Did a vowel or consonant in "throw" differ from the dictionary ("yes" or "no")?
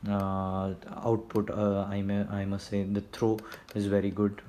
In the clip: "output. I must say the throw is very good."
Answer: yes